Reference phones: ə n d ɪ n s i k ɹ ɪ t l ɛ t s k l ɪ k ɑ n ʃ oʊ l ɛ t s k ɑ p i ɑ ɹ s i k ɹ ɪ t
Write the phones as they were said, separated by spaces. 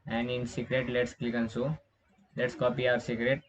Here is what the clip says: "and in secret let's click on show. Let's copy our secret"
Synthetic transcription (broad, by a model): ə n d ɪ n s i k ɹ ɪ t l ɛ t s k l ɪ k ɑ n s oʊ l ɛ t s k ɑ p i ɑ ɹ s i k ɹ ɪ t